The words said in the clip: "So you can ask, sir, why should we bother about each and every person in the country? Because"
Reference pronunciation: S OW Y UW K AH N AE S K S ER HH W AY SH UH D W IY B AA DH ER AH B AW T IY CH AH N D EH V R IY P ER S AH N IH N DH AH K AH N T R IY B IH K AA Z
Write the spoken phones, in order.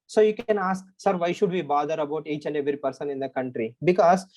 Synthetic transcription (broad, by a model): S OW Y UW K AH N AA S K S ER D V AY SH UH D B IY B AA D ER AH B AW T IY CH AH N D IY R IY P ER S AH N IH N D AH K AH N T R IY B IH K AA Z